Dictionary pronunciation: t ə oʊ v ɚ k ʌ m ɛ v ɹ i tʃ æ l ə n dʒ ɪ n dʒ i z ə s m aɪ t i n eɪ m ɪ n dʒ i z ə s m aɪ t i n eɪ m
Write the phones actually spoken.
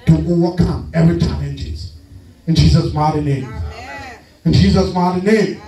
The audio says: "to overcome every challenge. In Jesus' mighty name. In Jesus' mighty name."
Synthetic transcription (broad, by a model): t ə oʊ w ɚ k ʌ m ɛ v ɹ i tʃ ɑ ə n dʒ ɪ n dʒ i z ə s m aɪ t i n eɪ m ɪ n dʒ i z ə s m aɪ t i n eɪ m